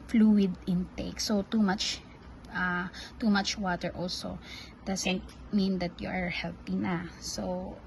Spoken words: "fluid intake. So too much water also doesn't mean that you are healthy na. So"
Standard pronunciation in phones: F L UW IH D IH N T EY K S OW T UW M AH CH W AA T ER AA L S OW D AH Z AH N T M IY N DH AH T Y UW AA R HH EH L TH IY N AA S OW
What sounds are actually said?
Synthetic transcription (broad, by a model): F L UW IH D IH N T EY K S OW T UW M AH CH W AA T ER AA L S OW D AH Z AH N T M IY N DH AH T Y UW AA R HH EH L T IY N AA S OW